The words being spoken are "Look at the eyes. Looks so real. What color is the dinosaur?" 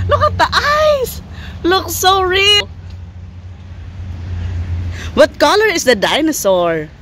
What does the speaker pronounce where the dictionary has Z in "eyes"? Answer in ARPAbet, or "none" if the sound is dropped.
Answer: S